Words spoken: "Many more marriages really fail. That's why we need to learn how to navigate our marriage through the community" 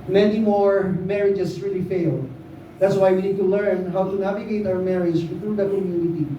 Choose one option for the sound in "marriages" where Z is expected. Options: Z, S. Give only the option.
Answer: S